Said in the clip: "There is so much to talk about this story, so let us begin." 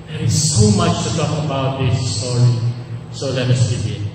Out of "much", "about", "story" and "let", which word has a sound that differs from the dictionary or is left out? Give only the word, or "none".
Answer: story